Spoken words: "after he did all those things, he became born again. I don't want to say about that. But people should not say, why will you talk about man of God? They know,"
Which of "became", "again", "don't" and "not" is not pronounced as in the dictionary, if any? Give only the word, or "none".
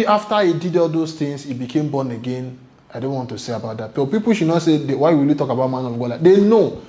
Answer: none